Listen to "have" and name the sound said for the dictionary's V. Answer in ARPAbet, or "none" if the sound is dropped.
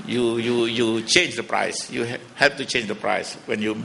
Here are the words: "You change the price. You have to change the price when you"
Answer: P